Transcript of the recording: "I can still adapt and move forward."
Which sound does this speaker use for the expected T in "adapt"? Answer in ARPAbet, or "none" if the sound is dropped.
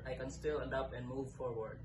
none